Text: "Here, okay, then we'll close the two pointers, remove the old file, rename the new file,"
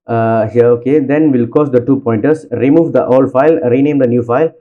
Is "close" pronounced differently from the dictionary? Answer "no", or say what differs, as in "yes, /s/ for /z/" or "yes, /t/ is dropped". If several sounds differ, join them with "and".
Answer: yes, /l/ is dropped